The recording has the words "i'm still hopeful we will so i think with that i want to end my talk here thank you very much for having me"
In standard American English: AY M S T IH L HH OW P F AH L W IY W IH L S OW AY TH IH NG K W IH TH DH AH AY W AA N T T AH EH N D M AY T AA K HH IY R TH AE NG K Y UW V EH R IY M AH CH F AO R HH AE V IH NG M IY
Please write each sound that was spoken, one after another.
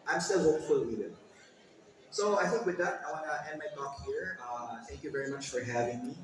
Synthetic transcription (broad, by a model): AY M S T IH L HH OW P F AH L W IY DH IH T S OW AY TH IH K W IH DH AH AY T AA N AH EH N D M AY T AA K HH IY R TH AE NG K Y UW V EH R IY M AH CH F AO R HH AE V IH NG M IY